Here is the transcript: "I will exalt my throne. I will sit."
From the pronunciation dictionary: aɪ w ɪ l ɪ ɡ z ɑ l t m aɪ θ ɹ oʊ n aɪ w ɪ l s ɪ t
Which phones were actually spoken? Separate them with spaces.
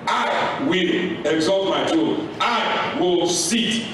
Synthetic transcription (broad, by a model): aɪ w ɪ l ɪ ɡ z ɑ l t m aɪ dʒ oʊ aɪ w ɪ l s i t